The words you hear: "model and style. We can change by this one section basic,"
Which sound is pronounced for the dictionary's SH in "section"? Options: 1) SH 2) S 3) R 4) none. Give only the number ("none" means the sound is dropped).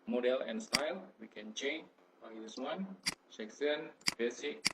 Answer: 2